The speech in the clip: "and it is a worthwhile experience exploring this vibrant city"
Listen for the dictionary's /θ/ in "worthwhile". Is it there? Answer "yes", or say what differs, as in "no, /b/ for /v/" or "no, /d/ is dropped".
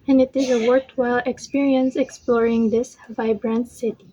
no, /t/ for /θ/